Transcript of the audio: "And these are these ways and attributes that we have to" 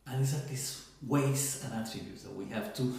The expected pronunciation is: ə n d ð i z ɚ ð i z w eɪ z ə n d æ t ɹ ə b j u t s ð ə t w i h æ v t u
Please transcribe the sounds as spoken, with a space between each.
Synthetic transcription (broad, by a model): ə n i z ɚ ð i s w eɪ s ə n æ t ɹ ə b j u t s ð ə t w i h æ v t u